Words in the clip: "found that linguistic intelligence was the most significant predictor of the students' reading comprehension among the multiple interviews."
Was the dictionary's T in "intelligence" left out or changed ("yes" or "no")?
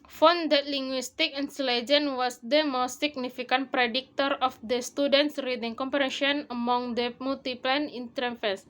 yes